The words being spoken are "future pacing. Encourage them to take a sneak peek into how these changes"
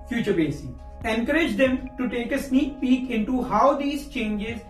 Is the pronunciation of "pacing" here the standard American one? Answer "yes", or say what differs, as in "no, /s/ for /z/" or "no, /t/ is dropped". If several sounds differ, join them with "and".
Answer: no, /b/ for /p/